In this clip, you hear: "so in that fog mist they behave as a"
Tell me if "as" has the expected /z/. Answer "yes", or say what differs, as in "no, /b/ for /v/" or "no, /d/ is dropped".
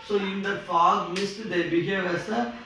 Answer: no, /s/ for /z/